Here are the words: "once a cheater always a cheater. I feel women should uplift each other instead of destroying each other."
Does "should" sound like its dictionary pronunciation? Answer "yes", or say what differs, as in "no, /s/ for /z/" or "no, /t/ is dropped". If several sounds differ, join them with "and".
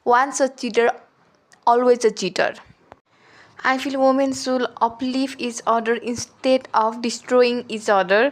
no, /s/ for /ʃ/